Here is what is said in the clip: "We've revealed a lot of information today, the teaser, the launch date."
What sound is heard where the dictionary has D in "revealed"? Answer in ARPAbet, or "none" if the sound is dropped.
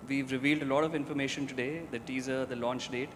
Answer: D